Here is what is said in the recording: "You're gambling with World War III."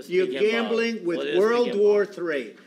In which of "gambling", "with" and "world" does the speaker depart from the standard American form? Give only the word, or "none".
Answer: none